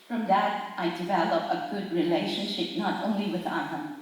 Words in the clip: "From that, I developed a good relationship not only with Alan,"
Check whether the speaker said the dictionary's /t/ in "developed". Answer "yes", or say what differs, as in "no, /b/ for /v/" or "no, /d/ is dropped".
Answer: no, /t/ is dropped